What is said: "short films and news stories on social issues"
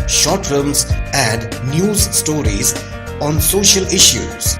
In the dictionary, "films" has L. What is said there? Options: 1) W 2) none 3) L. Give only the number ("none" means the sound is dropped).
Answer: 2